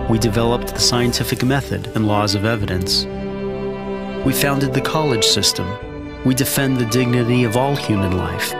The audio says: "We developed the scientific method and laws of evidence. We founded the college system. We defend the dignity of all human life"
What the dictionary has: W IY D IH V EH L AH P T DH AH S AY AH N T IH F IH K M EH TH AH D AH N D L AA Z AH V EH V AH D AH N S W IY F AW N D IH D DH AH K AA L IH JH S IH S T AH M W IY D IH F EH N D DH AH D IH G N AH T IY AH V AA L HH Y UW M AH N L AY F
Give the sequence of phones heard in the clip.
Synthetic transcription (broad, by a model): W IY D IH V EH L AH P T DH AH S AY AH N T IH F IH K M EH TH AH D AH N L AA Z AH V EH V AH D AH N S W IY F AW N D IH D DH AH K AA L IH JH S IH S T AH M W IY D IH F EH N DH AH D IH G N AH T IY AH V AA L HH Y UW M AH N L AY F